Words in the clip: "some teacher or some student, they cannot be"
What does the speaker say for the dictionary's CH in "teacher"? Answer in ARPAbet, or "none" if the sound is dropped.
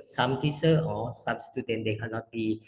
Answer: S